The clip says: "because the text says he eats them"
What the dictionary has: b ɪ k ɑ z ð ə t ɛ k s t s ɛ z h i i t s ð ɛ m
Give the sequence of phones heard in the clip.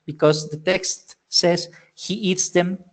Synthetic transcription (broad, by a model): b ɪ k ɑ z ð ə t ɛ k s t s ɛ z h i i t s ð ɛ m